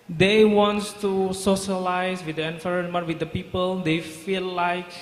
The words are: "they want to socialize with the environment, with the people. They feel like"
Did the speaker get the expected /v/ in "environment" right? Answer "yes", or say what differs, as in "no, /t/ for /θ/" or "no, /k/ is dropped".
no, /f/ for /v/